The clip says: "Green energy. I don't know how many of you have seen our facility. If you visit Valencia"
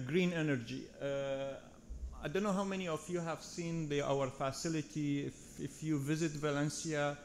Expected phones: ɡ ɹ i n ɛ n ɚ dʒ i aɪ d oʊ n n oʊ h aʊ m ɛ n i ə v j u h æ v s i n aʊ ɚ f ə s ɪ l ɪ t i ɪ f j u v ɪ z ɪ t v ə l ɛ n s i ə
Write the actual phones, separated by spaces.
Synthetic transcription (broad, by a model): ɡ ɹ i n ɛ n ɚ dʒ i aɪ d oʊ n n oʊ h aʊ m ɛ n i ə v j u h æ v s i n aʊ ɚ f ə s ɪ l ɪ t i ɪ f j u v ɪ z ɪ t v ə l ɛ n s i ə